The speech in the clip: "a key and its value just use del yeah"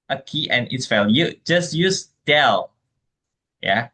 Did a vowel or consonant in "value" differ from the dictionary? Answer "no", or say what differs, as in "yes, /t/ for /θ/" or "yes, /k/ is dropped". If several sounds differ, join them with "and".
yes, /f/ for /v/